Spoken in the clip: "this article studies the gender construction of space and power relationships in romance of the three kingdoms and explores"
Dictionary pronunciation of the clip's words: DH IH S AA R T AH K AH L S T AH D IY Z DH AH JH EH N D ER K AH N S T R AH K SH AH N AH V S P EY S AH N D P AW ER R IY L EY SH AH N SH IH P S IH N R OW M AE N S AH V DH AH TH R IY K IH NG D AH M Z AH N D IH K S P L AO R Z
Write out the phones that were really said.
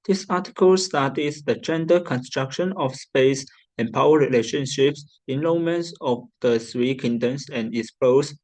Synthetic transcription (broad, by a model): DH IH S AA T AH K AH L S T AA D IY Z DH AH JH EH N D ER K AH N S T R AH K SH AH N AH F S P EY S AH N P AW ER R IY L EY SH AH N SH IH P S IH N L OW M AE N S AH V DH AH S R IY K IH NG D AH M S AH N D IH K S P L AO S